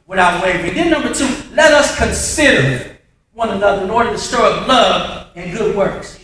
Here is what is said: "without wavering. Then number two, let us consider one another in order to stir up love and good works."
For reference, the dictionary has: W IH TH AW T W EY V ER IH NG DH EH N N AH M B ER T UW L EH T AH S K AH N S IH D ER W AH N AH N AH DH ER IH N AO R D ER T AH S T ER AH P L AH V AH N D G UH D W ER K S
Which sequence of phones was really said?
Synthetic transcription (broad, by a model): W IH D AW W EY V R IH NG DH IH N N AH M B ER T UW L EH T AH S K AH N S IH D ER W AH N AH N AH DH ER IH N AO R D ER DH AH S T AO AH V L AH V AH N G UH D W ER K S